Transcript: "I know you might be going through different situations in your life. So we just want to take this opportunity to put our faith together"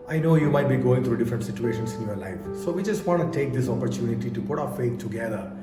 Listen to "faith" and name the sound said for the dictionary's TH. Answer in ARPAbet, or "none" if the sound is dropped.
T